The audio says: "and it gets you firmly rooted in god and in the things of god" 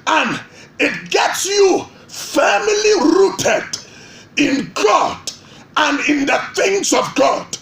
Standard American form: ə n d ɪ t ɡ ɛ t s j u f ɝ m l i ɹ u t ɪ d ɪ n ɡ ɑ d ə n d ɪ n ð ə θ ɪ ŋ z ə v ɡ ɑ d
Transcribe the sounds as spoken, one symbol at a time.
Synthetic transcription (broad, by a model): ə n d ɪ t ɡ ɛ t s j u f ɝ m l i ɹ u t ɪ d ɪ n ɡ ɑ d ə n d ɪ n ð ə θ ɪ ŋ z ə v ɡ ɑ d